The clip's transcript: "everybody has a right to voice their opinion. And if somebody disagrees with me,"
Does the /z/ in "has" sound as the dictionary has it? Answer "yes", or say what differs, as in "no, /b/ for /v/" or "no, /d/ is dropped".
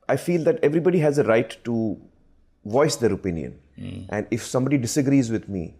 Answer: yes